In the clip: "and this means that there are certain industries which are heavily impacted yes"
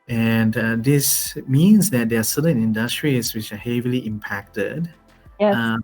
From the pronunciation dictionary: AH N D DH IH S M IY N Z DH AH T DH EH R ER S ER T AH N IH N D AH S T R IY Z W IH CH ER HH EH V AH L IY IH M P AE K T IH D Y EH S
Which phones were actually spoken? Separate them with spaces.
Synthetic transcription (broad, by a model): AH N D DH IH S M IY N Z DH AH T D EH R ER S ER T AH N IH N D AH S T R IY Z W IH CH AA HH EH V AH L IY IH M P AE K T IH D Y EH